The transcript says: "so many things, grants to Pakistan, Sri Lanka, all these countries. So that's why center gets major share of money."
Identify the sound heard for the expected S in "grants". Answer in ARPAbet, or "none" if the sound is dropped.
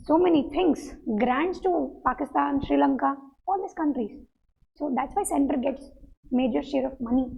S